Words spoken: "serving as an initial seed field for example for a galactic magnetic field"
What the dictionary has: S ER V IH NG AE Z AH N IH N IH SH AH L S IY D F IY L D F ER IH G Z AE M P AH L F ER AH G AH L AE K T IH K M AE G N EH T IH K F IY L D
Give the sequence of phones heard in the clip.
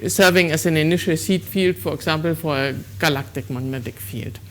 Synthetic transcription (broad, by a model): S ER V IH NG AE S AH N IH N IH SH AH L S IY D F IY L D F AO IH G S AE M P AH L F AH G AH L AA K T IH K M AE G N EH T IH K F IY L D